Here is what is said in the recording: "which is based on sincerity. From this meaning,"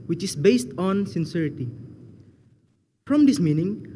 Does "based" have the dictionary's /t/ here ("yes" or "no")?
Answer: yes